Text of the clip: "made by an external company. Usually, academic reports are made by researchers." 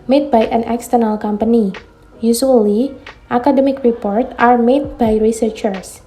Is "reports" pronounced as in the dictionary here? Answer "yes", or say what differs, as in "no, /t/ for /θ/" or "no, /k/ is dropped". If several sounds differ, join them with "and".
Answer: no, /s/ is dropped